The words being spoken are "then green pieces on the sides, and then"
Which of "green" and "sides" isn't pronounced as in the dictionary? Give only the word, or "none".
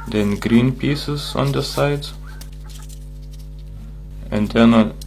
sides